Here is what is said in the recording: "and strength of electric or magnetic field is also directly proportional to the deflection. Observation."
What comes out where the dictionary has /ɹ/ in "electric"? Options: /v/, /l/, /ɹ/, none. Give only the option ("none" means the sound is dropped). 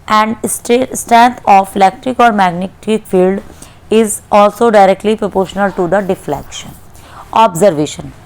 /ɹ/